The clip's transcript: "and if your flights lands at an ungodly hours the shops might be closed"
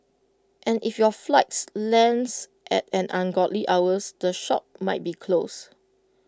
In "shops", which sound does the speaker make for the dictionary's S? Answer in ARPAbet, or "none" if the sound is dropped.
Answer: none